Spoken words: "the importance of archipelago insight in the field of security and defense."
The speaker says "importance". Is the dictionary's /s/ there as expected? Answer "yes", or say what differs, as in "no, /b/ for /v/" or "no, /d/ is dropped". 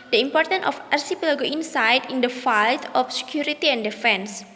no, /s/ is dropped